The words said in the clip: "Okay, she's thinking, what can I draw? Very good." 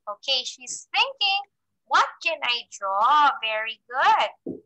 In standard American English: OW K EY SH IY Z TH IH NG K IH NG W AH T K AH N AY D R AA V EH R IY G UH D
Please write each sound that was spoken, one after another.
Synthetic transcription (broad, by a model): OW K EY SH IY Z TH IH NG K IH NG W AH T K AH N AY D R AA V EH R IY G UH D